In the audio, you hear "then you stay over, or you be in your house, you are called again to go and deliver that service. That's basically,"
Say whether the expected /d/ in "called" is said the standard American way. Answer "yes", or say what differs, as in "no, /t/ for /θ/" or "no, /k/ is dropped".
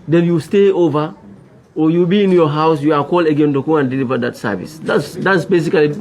no, /d/ is dropped